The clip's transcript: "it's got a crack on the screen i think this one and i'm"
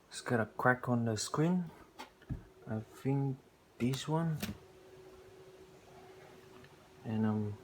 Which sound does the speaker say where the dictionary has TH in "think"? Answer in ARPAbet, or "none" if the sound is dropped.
F